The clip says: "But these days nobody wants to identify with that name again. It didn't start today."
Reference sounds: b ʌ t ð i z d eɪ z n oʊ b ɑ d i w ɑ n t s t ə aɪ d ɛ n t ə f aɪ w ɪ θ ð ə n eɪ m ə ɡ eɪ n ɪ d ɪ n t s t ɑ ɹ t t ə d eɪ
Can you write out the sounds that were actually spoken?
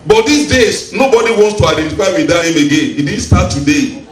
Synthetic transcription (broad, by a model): b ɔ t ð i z d eɪ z n oʊ b ɑ d i w ɑ n t s t ə aɪ d ɛ n t ə f aɪ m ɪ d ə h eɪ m ə ɡ eɪ n ɪ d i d s t ɑ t t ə d eɪ